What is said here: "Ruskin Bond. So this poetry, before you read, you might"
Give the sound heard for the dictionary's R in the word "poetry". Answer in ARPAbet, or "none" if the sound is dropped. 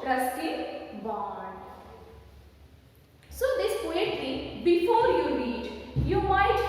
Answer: L